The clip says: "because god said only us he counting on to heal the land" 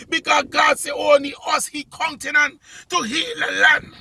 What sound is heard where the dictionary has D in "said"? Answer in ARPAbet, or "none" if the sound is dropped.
none